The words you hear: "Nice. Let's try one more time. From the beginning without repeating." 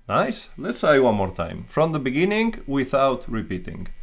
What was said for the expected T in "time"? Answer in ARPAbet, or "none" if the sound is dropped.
T